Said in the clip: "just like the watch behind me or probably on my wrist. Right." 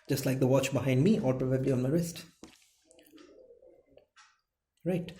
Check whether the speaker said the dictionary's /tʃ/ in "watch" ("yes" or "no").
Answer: yes